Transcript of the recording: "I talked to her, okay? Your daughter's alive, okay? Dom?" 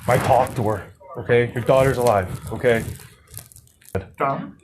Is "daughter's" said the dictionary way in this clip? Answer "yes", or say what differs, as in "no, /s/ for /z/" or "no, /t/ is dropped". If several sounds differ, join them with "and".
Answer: yes